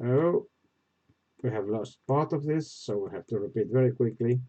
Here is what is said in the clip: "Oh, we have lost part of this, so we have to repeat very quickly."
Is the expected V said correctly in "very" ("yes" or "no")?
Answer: yes